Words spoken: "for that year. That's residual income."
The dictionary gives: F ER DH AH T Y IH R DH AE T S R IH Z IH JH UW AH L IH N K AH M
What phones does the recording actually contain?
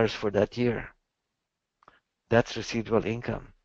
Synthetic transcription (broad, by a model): F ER DH AH T Y IH R DH AE T S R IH S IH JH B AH L IH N K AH M